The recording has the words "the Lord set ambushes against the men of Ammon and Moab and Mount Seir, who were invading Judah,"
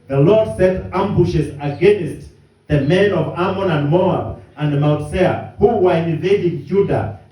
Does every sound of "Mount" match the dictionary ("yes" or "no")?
no